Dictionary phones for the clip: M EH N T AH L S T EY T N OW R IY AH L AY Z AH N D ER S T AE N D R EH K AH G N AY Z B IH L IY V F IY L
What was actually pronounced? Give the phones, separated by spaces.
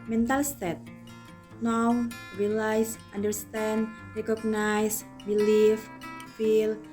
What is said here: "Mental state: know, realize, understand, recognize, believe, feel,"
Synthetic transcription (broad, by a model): M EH N T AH L S T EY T N OW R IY L AY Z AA N D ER S T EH N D R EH K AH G N AY S B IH L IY F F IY L